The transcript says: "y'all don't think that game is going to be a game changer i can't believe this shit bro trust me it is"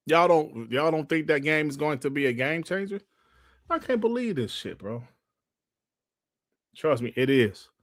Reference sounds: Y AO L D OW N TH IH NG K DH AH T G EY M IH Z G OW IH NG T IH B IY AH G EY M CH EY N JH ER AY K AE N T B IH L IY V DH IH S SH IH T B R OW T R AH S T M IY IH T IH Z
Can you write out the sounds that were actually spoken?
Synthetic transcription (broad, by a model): Y AO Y D OW N TH IH NG K DH AH T G EY M IH Z G OW IH NG T IH B IY AH G EY M CH EY N JH ER AY K AE N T B IH L IY V DH IH S SH IH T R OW T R AH S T M IY IH T IH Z